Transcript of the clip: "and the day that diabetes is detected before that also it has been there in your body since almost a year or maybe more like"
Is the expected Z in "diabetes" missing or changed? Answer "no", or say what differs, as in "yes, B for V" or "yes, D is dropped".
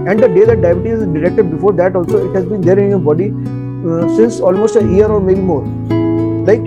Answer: yes, Z is dropped